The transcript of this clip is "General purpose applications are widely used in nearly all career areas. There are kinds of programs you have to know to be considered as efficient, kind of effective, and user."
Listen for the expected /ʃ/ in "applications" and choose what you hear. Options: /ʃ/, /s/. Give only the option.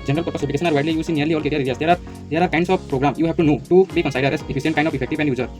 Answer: /s/